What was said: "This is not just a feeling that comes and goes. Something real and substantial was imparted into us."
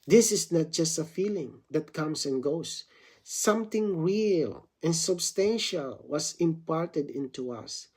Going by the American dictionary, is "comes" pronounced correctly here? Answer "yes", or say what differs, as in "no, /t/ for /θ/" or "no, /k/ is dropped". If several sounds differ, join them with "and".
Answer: no, /s/ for /z/